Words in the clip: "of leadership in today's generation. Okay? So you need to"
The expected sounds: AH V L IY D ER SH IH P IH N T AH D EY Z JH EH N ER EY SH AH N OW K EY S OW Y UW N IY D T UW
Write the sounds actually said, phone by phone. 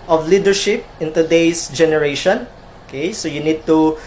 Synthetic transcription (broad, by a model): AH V L IY D ER SH IH P IH N T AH D EY S JH EH N ER EY SH AH N OW K EY S OW Y UW N IY D T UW